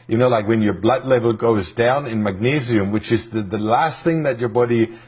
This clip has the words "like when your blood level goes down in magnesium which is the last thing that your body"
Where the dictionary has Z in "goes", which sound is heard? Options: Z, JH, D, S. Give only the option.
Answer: Z